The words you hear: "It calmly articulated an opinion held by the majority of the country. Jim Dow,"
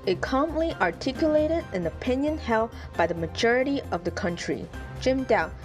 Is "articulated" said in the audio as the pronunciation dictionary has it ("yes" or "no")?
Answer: yes